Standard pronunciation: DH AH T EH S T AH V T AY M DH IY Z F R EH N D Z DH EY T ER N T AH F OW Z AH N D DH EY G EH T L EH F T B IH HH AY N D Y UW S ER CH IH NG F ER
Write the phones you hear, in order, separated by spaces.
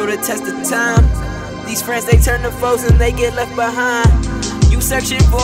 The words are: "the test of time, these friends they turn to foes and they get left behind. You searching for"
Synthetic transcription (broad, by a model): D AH T EH S T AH T AY M DH IY Z F R EH N D Z DH EY T ER N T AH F OW S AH N DH EY G EH T L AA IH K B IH HH AY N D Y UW S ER SH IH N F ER